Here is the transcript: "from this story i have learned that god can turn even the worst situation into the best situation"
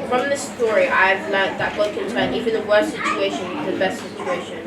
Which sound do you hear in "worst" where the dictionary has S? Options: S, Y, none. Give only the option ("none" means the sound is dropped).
S